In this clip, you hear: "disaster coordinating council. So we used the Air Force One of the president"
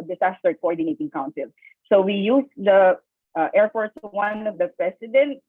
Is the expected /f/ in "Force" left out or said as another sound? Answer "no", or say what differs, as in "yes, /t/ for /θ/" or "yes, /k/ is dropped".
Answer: yes, /p/ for /f/